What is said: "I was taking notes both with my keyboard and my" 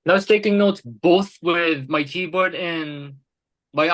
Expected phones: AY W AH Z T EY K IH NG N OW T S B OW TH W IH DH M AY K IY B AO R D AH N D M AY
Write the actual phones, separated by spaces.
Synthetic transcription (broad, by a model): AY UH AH S T EY K IH NG N OW T S B OW TH W IH DH M AY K IY B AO R D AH N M AY